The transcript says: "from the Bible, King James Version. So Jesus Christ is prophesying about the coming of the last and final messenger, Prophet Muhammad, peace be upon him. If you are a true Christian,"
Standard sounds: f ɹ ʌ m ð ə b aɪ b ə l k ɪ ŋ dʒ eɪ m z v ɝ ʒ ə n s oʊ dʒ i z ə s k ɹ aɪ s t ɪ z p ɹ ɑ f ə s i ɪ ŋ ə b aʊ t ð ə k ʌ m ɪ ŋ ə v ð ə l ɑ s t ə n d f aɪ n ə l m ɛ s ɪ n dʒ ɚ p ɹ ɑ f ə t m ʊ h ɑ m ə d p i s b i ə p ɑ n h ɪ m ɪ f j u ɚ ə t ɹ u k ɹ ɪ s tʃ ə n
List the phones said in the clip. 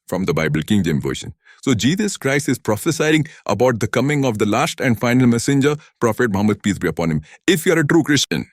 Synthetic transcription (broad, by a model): f ɹ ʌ m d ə b aɪ b ə l k ɪ ŋ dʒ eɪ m v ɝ ʃ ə n s oʊ dʒ i z ə s k ɹ aɪ s t ɪ z p ɹ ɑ f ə s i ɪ ŋ ə b aʊ t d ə k ʌ m ɪ ŋ ə v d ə l ɑ s t ə n d f aɪ n ə l m ɛ s ɪ n dʒ ɚ p ɹ ɑ f ə t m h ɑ m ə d p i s b i ə p ɑ n h ɪ m ɪ f j u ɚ ə t ɹ u k ɹ ɪ s tʃ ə n